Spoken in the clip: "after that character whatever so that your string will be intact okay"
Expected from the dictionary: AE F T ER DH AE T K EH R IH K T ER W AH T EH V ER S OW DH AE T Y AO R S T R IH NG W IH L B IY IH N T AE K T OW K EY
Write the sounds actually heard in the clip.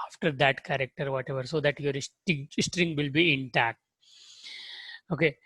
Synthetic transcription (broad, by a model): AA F T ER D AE T K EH R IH K T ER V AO T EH V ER S OW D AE T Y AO R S T R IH NG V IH L B IY IH N T AE K T OW K EY